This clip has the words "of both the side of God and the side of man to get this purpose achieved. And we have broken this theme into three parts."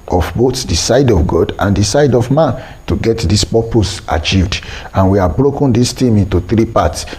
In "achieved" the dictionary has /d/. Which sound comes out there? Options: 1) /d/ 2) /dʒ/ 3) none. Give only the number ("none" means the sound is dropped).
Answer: 1